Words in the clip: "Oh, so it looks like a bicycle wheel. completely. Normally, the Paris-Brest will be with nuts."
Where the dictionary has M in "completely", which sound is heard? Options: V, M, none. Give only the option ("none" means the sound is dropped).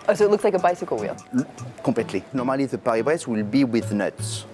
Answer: none